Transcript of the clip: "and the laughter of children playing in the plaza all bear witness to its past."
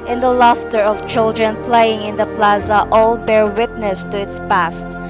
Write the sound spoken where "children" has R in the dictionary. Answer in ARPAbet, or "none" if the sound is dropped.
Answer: R